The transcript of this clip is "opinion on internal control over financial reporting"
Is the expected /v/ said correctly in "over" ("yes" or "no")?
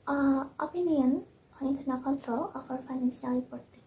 no